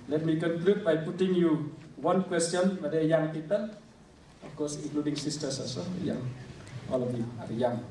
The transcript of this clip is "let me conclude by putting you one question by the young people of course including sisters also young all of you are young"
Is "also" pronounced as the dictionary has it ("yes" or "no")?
no